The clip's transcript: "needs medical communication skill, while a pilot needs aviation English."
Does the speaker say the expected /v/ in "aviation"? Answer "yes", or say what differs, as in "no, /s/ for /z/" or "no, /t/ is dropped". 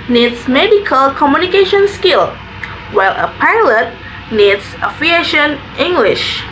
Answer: no, /f/ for /v/